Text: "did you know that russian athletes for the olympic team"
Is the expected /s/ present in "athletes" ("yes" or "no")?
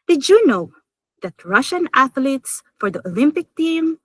yes